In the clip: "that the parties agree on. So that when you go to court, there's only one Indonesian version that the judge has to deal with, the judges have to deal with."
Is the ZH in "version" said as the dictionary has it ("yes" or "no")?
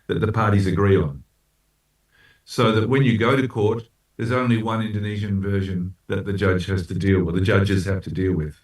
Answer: yes